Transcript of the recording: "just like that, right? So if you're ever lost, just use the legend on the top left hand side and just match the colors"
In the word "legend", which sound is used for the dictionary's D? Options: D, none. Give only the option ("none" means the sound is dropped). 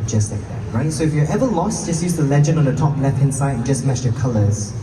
none